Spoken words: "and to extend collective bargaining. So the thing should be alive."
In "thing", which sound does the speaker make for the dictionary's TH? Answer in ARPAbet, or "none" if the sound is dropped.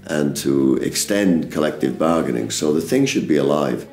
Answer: TH